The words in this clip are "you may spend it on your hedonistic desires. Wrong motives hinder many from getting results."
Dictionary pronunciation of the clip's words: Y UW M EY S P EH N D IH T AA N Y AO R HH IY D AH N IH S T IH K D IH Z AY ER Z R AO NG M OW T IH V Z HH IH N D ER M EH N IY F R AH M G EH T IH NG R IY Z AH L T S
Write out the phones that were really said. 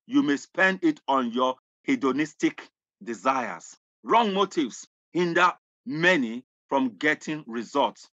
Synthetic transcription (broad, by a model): Y UW M EY S P EH N D IH T AA N Y AO HH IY D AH N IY S T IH K D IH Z AY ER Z R AO NG M OW T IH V S HH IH N D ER M EH N IY F R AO M G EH T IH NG R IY Z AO L T S